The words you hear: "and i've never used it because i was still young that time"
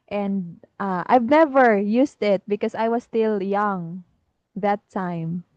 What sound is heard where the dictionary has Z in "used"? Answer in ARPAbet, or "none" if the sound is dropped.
S